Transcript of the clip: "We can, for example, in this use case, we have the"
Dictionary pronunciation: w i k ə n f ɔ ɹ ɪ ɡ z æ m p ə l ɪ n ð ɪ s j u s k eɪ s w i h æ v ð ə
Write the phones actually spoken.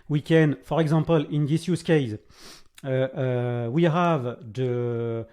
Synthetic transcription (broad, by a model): w i k ə n f ɔ ɹ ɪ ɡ z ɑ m p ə l ɪ n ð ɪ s j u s k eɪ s w i h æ v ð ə